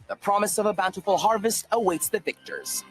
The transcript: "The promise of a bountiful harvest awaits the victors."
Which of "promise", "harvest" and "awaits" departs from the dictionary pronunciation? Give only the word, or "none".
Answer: none